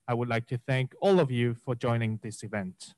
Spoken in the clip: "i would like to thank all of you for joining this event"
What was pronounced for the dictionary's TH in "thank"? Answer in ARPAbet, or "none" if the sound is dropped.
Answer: TH